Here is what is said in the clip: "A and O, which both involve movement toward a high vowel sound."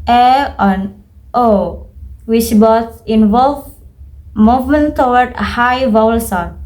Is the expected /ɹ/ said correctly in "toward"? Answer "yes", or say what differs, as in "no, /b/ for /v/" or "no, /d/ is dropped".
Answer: no, /w/ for /ɹ/